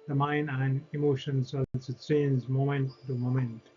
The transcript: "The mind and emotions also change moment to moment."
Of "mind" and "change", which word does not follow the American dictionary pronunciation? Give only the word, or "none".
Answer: change